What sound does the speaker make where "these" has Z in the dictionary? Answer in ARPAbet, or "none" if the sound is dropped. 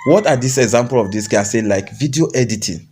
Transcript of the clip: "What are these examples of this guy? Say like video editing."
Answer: S